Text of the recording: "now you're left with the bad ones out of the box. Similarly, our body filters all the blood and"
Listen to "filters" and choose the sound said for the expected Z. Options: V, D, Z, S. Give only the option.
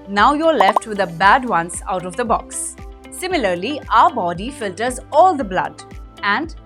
Z